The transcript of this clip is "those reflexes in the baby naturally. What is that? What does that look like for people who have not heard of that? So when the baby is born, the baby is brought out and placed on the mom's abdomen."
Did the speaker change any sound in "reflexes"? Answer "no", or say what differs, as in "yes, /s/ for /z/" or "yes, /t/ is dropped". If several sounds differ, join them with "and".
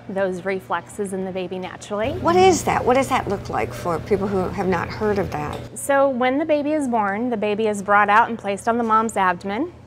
no